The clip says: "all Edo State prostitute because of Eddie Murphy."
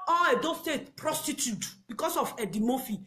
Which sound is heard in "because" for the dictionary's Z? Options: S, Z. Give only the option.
S